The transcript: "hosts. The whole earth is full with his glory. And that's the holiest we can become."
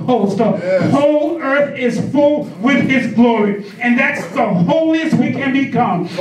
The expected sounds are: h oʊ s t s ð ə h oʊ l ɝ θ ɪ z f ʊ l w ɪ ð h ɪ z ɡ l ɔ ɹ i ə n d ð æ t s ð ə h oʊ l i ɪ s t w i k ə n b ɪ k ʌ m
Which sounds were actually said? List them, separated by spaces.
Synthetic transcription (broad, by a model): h oʊ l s ð ə h oʊ l ɝ θ ɪ z f ʊ l w ɪ ð ɪ z ɡ l ɔ ɹ i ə n ð æ t s ð ə h oʊ l i ɪ s t w i k ə n b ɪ k ʌ m